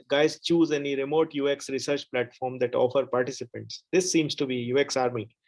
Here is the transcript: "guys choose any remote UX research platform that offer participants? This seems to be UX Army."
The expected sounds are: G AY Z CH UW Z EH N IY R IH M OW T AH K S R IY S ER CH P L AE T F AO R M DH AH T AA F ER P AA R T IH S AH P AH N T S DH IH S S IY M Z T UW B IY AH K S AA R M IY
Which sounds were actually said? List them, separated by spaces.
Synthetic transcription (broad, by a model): G AY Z CH UW Z EH N IY R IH M OW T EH K S R IY S ER CH P L AE T F AO R M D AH T AA F ER P AA R T IH S AH P AH N T S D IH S S IY M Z T UW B IY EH K S AA R M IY